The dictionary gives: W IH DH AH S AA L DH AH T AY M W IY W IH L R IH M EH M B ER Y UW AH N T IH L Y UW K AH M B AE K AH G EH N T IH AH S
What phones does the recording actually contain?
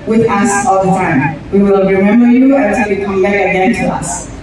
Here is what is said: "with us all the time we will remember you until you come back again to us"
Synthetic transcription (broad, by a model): W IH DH AH S AA L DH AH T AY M W IY W IH L R IH M EH M B ER Y UW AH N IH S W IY K AH M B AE AH G EH N T IH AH S